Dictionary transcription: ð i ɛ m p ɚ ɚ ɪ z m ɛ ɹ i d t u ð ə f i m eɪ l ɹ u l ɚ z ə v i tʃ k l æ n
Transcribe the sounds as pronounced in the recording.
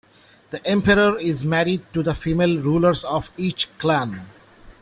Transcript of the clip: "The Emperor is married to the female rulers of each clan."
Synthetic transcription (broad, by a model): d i ɛ m p ɚ ɚ ɪ z m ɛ ɹ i d t u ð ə f i m eɪ l ɹ u l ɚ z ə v i tʃ k l æ n